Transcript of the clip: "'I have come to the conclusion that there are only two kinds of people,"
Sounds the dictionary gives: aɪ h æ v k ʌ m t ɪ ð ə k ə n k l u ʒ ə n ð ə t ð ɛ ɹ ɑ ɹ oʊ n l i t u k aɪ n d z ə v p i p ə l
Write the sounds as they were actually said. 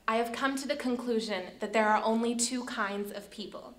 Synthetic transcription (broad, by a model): aɪ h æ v k ʌ m t ɪ ð ə k ə n k l u ʒ ə n ð ə t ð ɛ ɹ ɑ ɹ oʊ n l i t u k aɪ n d z ə v p i p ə l